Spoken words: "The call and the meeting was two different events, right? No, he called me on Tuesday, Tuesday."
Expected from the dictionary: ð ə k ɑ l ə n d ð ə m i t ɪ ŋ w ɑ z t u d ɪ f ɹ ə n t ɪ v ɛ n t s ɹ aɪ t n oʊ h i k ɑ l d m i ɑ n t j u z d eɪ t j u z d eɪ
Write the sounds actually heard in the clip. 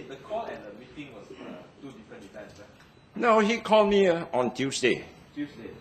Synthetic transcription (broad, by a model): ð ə k ɑ l ə n d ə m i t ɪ ŋ w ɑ s t u d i f ɹ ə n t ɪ ɛ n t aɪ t n oʊ h i k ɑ l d m i ɑ n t j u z d eɪ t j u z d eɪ